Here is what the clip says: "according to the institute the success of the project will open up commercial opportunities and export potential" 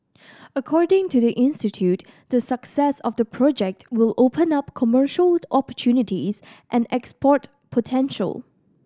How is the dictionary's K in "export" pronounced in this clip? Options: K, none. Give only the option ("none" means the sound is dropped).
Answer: K